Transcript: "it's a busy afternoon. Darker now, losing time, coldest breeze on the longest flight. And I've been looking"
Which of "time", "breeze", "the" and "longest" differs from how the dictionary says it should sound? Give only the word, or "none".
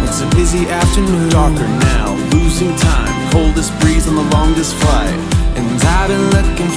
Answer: none